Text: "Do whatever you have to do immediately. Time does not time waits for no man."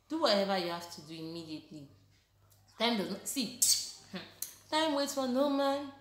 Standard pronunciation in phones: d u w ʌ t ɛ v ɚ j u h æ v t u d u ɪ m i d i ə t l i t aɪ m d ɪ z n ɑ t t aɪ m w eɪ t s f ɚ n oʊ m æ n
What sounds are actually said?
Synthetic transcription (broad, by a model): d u w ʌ t ɛ v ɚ j u h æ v t u d u ɪ m i d i ə t l i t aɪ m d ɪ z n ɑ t t aɪ m w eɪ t f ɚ n oʊ m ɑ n